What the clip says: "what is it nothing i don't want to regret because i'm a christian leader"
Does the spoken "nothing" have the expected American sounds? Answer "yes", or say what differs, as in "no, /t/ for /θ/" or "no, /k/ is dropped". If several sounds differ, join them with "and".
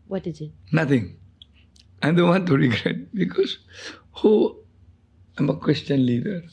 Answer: no, /t/ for /θ/